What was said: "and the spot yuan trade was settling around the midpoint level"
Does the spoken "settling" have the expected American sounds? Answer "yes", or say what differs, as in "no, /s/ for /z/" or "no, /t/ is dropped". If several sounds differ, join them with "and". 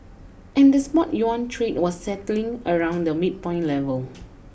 yes